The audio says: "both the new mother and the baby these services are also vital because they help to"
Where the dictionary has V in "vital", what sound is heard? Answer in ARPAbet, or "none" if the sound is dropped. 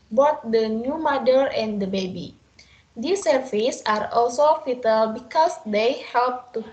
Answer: F